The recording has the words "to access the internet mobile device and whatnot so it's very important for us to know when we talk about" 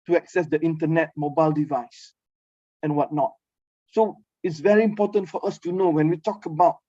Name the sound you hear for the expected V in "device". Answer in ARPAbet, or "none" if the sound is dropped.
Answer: V